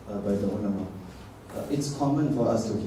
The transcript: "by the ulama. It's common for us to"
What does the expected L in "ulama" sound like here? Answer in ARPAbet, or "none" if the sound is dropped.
N